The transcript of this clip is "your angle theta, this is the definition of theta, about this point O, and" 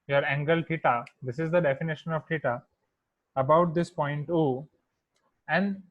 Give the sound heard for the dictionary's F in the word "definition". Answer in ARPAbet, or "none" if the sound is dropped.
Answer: F